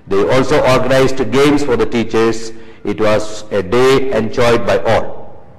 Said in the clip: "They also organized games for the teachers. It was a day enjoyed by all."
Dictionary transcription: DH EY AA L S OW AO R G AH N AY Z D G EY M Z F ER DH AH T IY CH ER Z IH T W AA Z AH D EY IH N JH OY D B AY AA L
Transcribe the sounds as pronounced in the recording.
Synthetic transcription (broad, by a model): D EY AA L S OW AO R G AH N AY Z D G EY M S F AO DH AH T IY CH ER S IH T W AA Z AH D EY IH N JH OY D B AY AA L